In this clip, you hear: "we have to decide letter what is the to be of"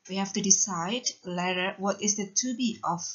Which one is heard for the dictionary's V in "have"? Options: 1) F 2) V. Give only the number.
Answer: 1